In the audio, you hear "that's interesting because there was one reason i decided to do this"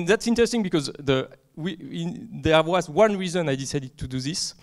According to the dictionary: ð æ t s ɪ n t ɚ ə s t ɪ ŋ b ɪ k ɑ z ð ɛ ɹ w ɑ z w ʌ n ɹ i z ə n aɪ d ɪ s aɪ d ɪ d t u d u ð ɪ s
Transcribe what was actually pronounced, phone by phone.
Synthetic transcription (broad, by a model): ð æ t s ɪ n t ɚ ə s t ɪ ŋ b ɪ k ɑ z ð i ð w ɑ z w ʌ n ɹ i z ə n aɪ d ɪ s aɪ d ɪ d t u d u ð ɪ s